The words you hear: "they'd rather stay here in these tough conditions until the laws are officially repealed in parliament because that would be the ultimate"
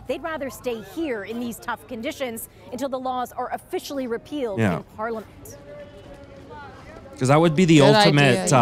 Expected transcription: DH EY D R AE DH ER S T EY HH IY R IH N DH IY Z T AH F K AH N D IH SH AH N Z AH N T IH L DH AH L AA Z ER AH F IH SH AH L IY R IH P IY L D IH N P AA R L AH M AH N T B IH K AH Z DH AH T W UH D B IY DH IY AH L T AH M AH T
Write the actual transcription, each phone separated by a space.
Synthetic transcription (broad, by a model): DH EY D R AE DH ER S T EY HH IY R IH N DH IY Z T AH F K AH N D IH SH AH N Z AH N T IH L DH AH L AA Z ER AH F IH SH L IY R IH P IY L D IH N P AA R L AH M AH N T K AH Z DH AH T W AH D B IY DH IY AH L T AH M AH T